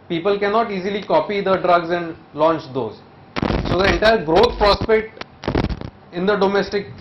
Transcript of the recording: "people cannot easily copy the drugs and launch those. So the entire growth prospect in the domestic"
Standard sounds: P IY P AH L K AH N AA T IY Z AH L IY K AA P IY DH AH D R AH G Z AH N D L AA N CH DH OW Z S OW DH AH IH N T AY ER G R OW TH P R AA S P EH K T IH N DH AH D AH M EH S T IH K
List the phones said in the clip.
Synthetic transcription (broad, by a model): P IY P AH L K AH N AA T IY Z AH L IY K AA P IY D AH D R AH G Z AH N D L AA N CH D OW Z S OW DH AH IH N T AY ER G R OW T P R AA S P EH K T IH N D AH D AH M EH S T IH K